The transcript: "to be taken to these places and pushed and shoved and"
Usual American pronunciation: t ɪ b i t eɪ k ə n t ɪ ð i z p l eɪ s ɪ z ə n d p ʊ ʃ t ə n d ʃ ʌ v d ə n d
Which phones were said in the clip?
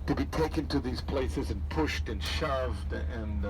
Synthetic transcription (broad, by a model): t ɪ b i t eɪ k ə n t ɪ ð i z p l eɪ s ɪ z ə n p ʊ ʃ t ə n ʃ ʌ v d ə n